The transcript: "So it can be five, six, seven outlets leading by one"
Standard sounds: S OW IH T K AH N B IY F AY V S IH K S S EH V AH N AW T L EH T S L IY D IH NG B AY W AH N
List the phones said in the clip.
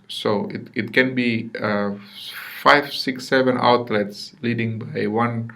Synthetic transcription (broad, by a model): S OW IH T K AH N B IY F AY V S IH K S S EH V AH N AW T L EH T S L IY D IH NG B AY W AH N